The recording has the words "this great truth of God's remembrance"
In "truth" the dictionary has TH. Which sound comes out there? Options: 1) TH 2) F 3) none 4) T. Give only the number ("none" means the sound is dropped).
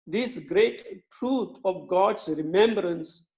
4